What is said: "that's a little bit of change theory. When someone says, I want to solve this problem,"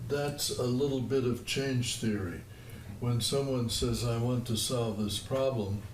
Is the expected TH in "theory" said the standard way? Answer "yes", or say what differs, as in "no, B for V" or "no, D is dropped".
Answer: yes